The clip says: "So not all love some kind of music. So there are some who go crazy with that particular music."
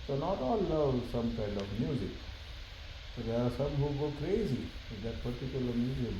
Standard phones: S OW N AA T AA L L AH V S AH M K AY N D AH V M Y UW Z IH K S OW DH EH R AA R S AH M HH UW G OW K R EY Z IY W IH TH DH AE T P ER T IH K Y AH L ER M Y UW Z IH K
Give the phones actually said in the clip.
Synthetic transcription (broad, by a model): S OW N AA T AA L N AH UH S AH M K AY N D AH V M Y UW Z IH K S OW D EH R AA R S AH M HH UW G OW K R EY Z IY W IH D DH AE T P ER T IH K Y AH L ER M Y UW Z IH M